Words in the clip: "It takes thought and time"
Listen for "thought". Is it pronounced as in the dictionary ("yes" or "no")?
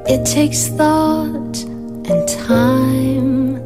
yes